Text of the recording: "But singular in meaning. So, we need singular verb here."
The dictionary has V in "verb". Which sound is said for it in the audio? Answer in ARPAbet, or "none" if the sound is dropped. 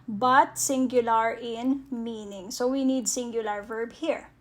V